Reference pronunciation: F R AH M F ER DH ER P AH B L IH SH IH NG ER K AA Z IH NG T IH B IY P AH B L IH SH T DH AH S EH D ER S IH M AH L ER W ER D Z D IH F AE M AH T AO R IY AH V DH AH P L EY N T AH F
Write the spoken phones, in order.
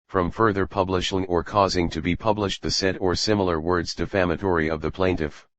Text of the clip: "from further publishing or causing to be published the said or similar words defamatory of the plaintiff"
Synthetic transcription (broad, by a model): F R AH M F ER DH ER P AH B L IH SH IH NG ER K AA Z IH NG T IH B IY P AH B L IH SH T DH AH S EH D ER S IH M L ER W ER D Z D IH F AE M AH T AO R IY AH V DH AH P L EY N T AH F